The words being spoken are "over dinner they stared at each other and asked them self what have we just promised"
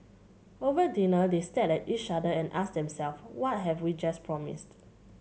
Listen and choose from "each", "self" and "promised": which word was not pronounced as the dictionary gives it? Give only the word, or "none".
none